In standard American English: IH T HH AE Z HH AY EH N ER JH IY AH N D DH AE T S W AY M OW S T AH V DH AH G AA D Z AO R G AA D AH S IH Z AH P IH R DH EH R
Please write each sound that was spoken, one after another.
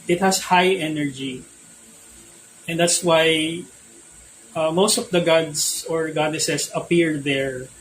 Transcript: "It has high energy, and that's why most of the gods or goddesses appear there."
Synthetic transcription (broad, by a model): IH T HH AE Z HH AY EH N ER JH IY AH N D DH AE T S W AY M OW S T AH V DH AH G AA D S AO R G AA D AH S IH S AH P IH R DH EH R